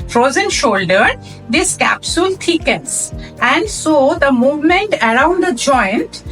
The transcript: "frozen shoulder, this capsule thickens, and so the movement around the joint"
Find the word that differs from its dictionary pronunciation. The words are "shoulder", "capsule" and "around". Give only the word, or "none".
none